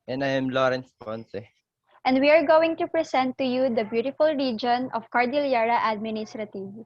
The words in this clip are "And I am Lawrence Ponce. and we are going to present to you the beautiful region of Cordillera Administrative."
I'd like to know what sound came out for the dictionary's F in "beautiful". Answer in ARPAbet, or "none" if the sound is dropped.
F